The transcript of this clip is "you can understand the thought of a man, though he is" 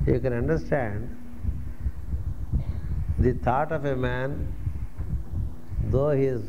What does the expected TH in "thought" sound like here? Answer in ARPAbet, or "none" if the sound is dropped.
T